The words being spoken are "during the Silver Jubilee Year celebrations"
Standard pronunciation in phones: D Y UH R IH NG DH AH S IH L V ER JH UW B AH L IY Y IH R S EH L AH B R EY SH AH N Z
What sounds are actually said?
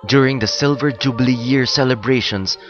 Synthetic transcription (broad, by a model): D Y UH R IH NG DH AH S IH L V ER JH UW B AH L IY Y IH R S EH L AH B R EY SH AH N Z